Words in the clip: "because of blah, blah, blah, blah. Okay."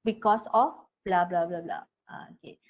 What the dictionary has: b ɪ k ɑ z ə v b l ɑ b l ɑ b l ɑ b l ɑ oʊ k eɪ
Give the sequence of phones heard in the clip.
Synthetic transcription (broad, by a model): b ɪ k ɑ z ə f b l ɑ b l ɑ b l ɑ b l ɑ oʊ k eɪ